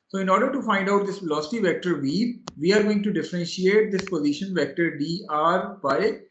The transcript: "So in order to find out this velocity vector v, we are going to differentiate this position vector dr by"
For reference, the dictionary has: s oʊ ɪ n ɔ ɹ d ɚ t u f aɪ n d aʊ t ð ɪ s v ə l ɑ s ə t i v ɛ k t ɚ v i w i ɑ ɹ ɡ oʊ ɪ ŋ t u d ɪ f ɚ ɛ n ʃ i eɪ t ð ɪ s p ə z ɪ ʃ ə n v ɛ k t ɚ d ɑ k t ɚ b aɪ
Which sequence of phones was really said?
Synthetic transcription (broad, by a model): s oʊ ɪ n ɔ ɹ d ɚ t u f aɪ n d aʊ t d ɪ s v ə l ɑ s t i v ɛ k t ɚ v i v i ɑ ɹ ɡ oʊ ɪ ŋ t u d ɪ f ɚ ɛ n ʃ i eɪ t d ɪ s p ə z ɪ ʃ ə n v ɛ k t ɚ d ɑ t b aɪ